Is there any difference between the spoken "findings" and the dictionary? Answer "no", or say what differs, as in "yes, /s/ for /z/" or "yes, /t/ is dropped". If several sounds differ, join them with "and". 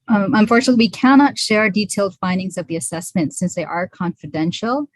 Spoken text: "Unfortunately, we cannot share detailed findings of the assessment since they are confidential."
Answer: no